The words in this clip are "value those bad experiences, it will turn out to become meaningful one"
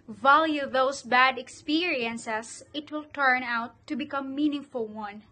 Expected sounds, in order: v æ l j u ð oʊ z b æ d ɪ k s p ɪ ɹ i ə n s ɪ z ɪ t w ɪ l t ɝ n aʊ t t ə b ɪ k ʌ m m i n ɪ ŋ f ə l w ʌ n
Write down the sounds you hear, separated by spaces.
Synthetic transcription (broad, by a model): v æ l j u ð oʊ s b æ d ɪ k s p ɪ ɹ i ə n s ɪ s ɪ t w ɪ l t ɝ n aʊ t t ə b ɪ k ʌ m m i n ɪ ŋ f ə l w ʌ n